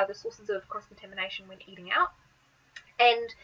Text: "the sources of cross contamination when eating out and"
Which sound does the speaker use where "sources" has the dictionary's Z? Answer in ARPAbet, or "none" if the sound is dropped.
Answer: Z